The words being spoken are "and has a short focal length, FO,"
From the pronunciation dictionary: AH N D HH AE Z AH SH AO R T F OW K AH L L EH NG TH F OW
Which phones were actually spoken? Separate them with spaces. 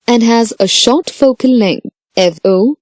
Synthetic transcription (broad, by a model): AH N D HH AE Z AH SH AO R T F OW K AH N L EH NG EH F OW